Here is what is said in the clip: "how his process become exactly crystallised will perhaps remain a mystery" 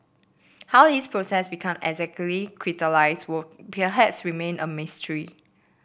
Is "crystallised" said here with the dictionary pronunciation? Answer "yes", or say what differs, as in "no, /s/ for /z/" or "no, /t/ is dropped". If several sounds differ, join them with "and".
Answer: no, /s/ is dropped